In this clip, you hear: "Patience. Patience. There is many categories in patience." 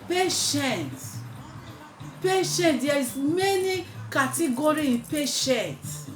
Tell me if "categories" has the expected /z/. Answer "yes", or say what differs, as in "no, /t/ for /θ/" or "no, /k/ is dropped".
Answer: no, /z/ is dropped